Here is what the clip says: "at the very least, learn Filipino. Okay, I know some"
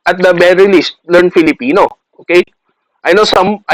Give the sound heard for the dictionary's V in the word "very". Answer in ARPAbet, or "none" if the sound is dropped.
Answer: B